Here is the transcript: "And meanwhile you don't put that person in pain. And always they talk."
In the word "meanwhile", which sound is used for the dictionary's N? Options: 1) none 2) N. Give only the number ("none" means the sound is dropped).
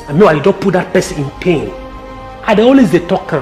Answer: 1